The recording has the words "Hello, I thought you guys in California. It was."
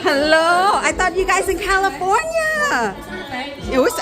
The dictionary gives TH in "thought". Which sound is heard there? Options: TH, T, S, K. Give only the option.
T